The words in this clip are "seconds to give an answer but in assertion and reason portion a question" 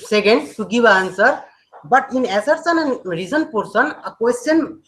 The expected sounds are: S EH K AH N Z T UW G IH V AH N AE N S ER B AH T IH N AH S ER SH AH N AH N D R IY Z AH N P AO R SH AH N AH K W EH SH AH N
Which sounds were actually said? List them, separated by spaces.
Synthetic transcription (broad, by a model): S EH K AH N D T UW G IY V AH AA N S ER B AH T IH N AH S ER S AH N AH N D R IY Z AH N P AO R S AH N AH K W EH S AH N